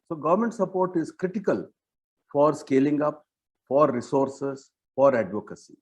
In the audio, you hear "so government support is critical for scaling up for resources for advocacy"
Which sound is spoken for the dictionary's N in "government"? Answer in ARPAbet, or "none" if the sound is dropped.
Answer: N